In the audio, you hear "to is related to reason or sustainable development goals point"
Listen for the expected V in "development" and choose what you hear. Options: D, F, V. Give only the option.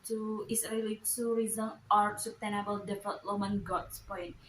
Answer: F